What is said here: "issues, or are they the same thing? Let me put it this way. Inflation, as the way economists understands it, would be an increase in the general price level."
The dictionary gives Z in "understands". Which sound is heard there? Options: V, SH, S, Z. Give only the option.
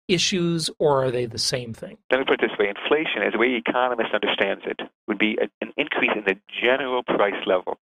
Z